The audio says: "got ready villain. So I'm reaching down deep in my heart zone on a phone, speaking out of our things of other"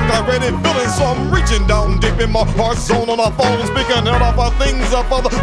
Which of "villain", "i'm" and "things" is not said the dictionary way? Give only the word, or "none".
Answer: villain